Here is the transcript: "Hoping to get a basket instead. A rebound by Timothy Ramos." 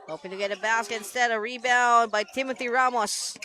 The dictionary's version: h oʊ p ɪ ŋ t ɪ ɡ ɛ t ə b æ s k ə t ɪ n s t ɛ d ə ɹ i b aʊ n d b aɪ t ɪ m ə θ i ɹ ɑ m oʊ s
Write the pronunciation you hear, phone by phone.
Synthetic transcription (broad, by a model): h oʊ p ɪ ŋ t ɪ ɡ ɛ t ə b æ s k ə t ɪ n s t ɛ d ə ɹ i b aʊ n b aɪ t ɪ m ə θ i ɹ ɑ m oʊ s